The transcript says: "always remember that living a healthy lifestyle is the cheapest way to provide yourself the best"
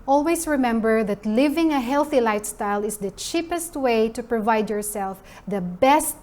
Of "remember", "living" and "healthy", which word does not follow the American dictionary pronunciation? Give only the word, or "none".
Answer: none